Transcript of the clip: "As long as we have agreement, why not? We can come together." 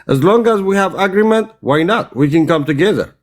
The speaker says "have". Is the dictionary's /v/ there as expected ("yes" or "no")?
yes